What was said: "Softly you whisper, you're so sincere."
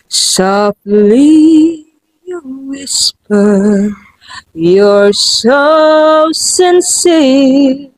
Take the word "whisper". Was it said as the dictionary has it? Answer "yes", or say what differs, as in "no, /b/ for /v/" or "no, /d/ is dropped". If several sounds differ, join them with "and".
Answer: yes